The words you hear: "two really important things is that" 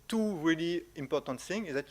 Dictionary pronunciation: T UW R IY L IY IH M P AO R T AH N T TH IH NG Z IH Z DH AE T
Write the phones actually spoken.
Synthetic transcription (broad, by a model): T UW R IY L IY IH M P AO R T AH N T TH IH NG IH Z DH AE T